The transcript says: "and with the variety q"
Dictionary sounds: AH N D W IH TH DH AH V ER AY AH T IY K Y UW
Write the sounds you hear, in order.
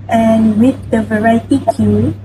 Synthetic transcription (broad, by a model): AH N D W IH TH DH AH V ER AY AH T IY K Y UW